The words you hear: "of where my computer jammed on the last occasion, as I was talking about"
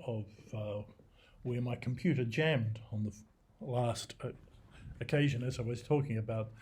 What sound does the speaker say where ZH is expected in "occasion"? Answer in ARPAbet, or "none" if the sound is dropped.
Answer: ZH